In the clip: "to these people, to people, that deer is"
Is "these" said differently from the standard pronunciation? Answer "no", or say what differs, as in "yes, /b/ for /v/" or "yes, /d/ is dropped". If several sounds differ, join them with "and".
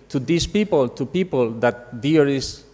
yes, /s/ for /z/